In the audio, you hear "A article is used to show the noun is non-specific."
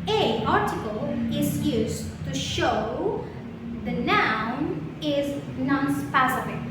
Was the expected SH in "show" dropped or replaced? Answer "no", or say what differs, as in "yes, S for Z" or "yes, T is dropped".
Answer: no